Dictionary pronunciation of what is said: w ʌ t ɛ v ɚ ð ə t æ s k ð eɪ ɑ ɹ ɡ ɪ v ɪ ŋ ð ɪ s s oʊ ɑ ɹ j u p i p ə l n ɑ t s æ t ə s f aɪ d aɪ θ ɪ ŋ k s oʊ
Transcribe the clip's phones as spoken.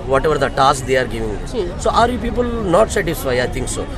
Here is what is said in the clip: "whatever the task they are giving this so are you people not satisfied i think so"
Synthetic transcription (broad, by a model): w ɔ t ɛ v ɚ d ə t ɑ s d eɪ ɑ ɹ ɡ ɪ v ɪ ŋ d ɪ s s oʊ ɑ ɹ j u p i p ə l n ɑ t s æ t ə s f aɪ aɪ t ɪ ŋ k s oʊ